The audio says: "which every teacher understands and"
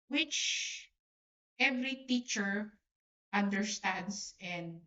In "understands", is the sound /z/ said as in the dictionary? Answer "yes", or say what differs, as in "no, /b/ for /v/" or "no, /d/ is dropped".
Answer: no, /s/ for /z/